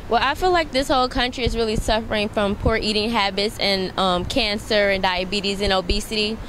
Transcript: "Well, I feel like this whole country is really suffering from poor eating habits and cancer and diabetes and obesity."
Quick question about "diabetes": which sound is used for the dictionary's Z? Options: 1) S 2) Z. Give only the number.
2